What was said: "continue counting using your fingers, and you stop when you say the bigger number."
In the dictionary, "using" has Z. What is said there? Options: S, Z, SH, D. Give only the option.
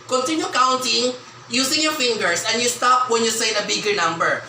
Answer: S